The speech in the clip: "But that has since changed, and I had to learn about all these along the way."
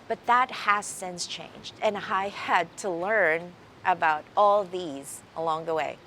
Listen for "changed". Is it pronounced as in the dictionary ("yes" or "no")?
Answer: yes